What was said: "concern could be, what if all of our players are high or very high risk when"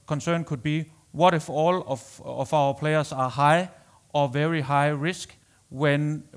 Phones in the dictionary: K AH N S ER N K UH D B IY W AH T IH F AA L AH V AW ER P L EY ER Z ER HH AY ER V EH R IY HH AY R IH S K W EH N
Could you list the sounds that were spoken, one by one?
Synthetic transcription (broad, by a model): K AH N S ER N K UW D B IY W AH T IH F AA L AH F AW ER P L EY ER S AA HH AY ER V EH R IY HH AY R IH S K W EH N